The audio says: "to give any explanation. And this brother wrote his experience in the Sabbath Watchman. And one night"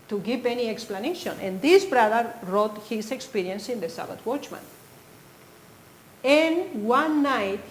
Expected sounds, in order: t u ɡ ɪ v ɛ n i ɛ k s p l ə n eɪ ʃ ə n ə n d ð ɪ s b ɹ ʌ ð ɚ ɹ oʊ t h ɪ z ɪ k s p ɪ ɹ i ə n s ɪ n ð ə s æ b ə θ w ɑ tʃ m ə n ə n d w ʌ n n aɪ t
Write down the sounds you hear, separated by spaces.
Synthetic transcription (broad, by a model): t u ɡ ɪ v ɛ n i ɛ k s p l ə n eɪ ʃ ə n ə n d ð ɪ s b ɹ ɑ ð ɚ ɹ oʊ t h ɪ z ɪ k s p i ɹ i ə n s ɪ n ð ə s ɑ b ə t w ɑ tʃ m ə n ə n w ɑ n n aɪ t